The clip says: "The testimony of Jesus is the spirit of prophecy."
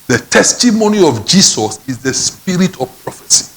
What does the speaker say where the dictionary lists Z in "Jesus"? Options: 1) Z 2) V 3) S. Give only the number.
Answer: 3